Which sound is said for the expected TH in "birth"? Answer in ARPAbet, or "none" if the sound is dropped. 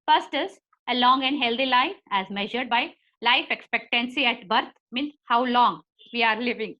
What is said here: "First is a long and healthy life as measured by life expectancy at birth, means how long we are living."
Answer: T